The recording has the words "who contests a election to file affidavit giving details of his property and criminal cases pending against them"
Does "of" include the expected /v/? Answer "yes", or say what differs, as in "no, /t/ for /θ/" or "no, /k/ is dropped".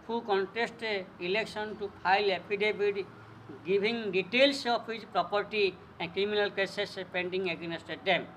no, /p/ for /v/